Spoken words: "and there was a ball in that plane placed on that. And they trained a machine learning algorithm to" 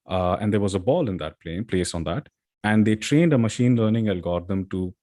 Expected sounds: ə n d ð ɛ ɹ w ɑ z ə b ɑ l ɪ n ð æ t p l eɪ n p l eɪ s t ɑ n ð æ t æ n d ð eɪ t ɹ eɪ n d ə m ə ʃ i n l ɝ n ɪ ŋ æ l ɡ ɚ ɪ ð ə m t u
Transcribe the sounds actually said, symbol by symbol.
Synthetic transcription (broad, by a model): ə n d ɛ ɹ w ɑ z ə b ɑ l ɪ n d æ t p l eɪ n p l eɪ s ɑ n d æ t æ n d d eɪ t ɹ eɪ n d ə m ə ʃ i n l ɝ n ɪ ŋ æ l ɡ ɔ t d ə m t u